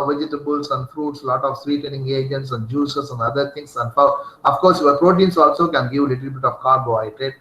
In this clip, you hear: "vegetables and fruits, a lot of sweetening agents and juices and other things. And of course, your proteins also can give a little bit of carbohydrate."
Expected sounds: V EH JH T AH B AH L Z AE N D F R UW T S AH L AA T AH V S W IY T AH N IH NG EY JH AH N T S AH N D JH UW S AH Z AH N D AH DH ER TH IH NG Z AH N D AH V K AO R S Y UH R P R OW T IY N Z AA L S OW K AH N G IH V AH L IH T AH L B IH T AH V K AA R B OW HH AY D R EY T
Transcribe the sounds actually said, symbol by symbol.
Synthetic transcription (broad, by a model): V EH JH T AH B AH L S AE N D F R UW T S L AA T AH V S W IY T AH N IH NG EY JH AH N T S AH N D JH UW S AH S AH N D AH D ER T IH NG S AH N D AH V K AO R S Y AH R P R OW T IY N S AA L S OW K AH N G IH V L IH T AH L B IH T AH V K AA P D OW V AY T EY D